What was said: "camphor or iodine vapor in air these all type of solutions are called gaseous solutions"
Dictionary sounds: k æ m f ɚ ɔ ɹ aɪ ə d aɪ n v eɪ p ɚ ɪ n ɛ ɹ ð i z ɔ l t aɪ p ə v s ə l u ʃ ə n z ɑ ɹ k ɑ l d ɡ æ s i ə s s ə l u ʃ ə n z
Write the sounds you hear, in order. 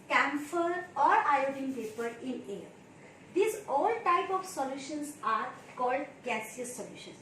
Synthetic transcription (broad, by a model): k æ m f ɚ ɔ ɹ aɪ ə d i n p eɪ p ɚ ɪ n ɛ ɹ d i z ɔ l t aɪ p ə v s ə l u ʃ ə n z ɑ ɹ k ɑ l d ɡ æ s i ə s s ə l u ʃ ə n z